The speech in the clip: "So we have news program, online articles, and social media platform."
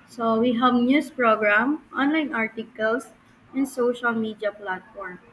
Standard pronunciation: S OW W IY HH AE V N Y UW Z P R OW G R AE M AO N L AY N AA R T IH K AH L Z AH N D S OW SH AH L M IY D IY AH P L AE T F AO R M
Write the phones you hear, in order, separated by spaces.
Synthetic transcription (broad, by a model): S OW W IY HH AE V N Y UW S P R OW G R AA M AO N L AY N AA R T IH K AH L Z AH N D S OW SH AH L M IY D IY AH P L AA T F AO R M